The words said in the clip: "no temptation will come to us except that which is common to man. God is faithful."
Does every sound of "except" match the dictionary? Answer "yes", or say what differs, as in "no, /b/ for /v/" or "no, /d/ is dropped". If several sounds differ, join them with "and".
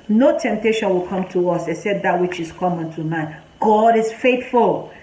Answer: no, /k/ is dropped